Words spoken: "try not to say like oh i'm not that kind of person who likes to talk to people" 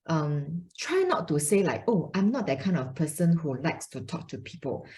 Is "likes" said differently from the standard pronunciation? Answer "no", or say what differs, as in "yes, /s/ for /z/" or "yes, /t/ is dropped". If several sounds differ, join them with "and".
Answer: no